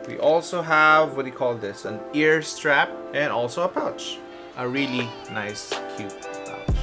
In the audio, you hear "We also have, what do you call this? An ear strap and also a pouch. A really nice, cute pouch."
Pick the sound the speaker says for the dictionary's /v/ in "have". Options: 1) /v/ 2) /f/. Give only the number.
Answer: 1